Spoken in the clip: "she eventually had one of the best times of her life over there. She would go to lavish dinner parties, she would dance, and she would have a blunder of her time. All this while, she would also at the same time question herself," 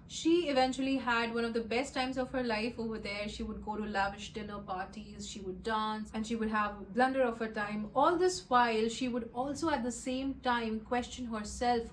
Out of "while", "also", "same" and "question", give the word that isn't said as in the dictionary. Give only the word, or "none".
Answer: none